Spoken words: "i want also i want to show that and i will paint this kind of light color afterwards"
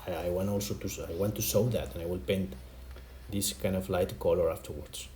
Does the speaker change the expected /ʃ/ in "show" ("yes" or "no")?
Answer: yes